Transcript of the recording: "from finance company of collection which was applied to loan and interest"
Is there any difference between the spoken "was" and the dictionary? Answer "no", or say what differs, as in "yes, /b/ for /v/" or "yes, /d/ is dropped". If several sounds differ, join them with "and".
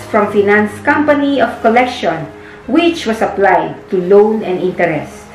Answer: yes, /s/ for /z/